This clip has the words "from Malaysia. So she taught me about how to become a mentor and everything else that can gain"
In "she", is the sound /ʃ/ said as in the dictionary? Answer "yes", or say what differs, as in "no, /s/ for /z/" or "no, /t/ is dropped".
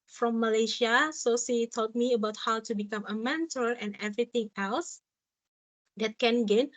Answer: no, /s/ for /ʃ/